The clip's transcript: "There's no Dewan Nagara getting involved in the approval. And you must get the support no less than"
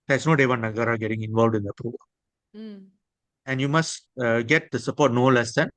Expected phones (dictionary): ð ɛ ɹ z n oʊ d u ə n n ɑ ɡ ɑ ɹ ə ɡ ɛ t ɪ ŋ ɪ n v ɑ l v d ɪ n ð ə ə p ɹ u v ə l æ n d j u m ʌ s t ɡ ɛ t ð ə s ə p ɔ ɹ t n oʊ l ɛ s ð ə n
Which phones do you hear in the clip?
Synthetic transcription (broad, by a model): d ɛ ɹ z n oʊ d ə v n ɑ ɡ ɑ ɹ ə ɡ ɛ t ɪ ŋ ɪ n v ɑ l v d ɪ n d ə ə p ɹ u v ə l æ n d j u m ʌ s t ɡ ɛ t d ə s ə p ɔ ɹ t n oʊ l ɛ s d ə n